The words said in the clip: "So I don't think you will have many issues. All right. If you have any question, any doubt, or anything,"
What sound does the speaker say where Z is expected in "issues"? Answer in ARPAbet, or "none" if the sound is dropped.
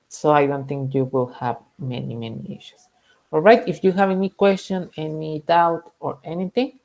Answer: S